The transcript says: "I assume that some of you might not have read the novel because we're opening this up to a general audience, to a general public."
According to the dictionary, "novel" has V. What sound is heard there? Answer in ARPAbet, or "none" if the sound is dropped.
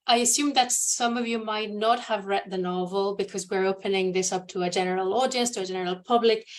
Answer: V